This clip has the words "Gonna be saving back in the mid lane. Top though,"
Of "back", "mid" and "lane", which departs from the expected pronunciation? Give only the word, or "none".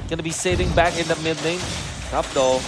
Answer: lane